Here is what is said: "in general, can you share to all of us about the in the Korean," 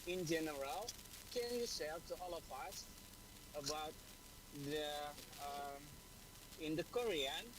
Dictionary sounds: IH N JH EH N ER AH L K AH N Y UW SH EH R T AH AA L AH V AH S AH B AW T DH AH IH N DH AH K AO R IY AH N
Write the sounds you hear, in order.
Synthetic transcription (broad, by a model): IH N JH EH N ER AH L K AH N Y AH S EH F T AH AA L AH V AH S AH B AW T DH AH IH N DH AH K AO R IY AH N